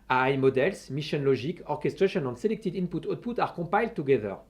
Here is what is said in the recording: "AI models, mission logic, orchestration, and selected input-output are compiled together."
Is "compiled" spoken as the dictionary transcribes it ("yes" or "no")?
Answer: no